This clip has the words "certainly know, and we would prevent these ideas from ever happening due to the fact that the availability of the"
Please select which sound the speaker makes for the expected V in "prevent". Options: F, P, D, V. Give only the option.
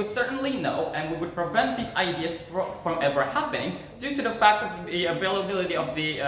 V